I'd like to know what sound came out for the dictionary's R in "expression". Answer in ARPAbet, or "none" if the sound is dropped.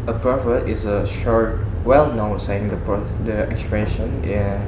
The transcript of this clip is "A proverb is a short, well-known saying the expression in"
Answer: none